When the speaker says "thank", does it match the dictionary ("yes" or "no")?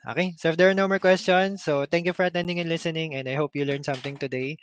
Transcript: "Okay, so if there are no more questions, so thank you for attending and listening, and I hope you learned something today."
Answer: no